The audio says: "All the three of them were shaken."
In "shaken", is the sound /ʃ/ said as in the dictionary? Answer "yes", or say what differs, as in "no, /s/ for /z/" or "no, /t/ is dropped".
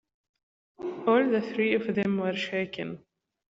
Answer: yes